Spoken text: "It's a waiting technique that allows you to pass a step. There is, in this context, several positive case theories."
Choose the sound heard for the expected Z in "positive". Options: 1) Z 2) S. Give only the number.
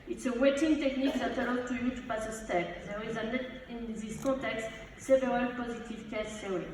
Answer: 1